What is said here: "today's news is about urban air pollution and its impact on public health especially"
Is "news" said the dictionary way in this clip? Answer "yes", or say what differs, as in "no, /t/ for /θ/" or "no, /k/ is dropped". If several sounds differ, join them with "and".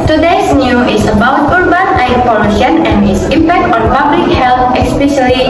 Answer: no, /z/ is dropped